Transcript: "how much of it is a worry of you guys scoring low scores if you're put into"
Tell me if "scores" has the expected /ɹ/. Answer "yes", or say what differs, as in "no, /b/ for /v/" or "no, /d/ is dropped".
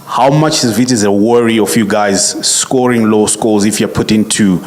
no, /l/ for /ɹ/